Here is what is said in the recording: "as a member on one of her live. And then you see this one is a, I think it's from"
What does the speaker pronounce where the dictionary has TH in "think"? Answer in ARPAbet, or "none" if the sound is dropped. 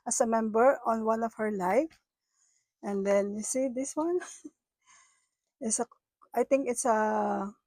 T